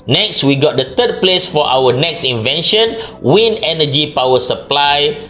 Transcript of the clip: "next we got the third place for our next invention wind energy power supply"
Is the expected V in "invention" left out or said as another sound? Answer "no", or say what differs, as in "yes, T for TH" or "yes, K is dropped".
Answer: no